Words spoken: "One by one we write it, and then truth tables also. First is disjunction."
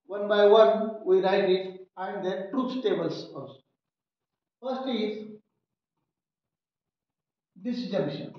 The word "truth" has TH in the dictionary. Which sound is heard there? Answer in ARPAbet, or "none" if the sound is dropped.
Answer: S